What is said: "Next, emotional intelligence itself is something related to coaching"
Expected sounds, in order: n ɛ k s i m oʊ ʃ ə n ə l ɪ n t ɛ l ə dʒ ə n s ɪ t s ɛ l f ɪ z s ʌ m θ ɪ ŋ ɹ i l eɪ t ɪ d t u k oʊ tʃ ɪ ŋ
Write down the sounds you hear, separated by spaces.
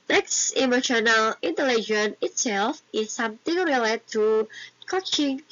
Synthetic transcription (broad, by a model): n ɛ k s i m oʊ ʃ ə n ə l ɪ n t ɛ l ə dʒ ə n ɪ t s ɛ l f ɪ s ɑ m t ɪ ŋ ɹ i l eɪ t t u k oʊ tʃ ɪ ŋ